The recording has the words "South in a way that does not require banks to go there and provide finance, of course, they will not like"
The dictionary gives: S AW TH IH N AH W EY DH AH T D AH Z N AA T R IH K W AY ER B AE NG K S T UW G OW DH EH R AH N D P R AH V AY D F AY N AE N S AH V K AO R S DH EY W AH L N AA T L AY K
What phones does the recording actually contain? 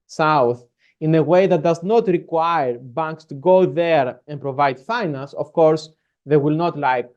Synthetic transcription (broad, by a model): S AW TH IH N AH W EY DH AH T D AH Z N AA T R IH K W AY ER B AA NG K S T UW G OW DH EH R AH N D P R AH V AY D F AY N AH N S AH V K AO R S DH EY W AH L N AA T L AY K